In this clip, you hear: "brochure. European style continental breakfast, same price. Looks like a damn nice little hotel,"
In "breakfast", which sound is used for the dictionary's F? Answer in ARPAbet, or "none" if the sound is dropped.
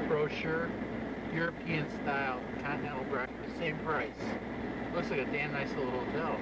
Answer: none